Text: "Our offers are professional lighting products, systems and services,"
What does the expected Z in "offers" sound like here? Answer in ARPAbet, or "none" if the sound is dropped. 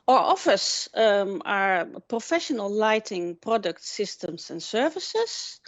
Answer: S